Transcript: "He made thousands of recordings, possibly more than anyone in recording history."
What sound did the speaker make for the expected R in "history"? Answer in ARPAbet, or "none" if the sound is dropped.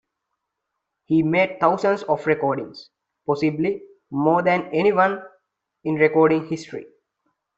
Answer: R